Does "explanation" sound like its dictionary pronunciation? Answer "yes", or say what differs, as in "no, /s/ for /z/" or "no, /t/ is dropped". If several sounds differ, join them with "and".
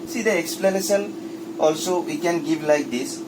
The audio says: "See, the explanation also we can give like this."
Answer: no, /s/ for /ʃ/ and /l/ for /n/